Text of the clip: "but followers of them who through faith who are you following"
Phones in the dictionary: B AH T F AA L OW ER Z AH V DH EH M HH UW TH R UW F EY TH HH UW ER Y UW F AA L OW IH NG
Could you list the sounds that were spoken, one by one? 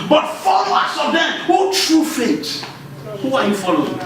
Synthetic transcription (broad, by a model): B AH T F AA L OW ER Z AH V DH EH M HH UW T R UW F EY T HH UW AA Y UW F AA L OW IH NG